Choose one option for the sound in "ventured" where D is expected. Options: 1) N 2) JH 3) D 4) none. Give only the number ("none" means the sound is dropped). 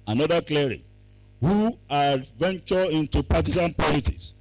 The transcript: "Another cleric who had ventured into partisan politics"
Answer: 4